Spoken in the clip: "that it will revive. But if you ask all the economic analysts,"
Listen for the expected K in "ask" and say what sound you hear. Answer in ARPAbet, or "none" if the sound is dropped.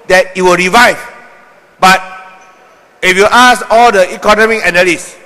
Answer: none